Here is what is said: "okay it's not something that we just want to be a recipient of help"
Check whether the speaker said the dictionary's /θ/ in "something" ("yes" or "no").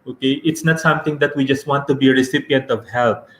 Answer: no